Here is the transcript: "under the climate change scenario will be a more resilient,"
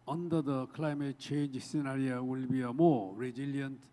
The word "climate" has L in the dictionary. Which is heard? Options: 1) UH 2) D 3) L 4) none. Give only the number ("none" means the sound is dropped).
3